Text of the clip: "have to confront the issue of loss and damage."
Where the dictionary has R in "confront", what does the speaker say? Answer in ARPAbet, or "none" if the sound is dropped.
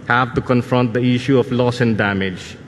R